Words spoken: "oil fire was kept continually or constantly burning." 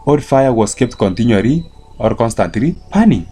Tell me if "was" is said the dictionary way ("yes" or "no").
no